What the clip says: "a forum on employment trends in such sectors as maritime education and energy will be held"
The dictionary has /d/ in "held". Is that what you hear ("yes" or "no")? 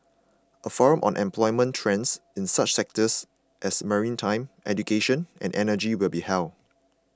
no